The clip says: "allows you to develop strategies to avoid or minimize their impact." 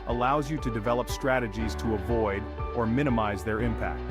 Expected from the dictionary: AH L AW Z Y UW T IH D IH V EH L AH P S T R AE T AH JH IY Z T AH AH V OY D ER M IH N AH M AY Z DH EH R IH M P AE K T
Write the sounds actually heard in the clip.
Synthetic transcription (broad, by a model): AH L AW Z Y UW T IH D IH V EH L AH P S T R AE T AH JH IY Z T AH AH V OY D ER M IH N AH M AY Z DH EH R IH M P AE K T